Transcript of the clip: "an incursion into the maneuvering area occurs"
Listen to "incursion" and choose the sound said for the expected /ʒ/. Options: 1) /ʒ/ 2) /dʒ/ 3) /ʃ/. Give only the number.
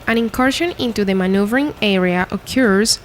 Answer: 3